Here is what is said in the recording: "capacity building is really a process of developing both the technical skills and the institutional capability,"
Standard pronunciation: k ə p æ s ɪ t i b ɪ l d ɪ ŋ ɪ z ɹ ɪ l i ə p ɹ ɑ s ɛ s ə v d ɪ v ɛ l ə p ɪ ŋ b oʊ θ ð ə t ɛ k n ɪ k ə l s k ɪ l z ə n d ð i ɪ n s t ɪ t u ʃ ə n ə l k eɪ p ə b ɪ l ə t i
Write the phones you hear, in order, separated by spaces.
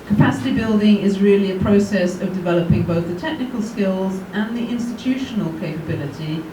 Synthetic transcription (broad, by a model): k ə p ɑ s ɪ t i b ɪ l d ɪ ŋ ɪ z ɹ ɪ l i ə p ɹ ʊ s ɛ s ə v d ɪ v ɛ l ə p ɪ ŋ b oʊ θ ð ə t ɛ k n ɪ k ə l s k ɪ l z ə n ð i ɪ n s t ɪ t u ʃ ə n ə l k eɪ p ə b ɪ l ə t i